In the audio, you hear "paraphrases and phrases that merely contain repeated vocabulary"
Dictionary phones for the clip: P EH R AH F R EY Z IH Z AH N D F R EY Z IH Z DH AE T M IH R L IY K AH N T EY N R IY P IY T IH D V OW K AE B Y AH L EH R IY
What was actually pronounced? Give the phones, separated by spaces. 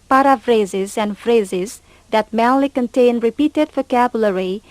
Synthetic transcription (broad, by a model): P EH R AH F R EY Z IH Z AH N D F R EY Z IH Z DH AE T M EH L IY K AH N T EY N R IY P IY T IH D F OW K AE B Y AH L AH R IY